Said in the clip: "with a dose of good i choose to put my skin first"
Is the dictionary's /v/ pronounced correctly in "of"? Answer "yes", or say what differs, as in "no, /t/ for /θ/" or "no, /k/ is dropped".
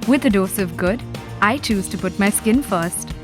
yes